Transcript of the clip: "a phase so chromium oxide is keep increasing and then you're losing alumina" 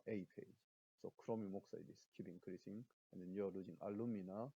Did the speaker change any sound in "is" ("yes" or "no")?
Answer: yes